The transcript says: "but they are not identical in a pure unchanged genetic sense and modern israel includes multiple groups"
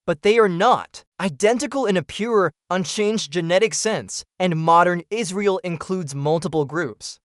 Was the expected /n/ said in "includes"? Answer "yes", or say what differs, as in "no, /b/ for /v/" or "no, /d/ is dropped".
yes